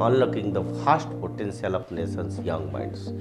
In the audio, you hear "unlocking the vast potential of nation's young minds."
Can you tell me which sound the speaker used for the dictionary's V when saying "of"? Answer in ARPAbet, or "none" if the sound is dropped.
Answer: P